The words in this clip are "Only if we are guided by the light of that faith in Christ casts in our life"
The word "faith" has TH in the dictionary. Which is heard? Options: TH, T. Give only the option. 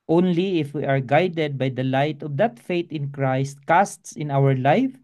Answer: T